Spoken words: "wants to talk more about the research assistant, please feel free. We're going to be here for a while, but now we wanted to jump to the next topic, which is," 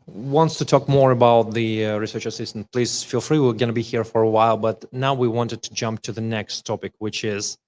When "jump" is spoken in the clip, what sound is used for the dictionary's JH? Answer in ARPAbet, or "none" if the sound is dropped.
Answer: JH